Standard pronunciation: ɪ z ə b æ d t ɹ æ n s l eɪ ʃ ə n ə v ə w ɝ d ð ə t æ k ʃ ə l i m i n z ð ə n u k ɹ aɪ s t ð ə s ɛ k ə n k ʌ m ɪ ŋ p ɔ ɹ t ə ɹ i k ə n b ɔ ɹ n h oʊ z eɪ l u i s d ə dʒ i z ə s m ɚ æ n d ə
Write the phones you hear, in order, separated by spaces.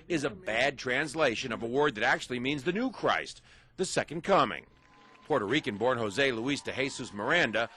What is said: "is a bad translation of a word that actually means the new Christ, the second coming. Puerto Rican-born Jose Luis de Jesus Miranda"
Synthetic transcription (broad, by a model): ɪ z ə b æ d t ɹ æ n s l eɪ ʃ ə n ə v ə w ɝ d ð ə t æ k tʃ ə l i m i n z ð ə n u k ɹ aɪ s t ð ə s ɛ k ə n k ʌ m ɪ ŋ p ɔ ɹ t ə ɹ i k ə n b ɔ ɹ n h oʊ z eɪ l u i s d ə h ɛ s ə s m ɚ æ n d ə